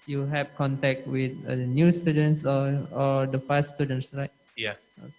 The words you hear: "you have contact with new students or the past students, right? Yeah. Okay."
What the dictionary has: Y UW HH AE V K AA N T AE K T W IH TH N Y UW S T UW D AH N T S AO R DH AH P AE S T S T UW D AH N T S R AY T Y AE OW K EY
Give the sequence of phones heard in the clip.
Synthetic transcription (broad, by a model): Y UW HH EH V K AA N T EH K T W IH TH N Y UW S T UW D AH N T S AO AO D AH F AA S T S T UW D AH N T S R AY T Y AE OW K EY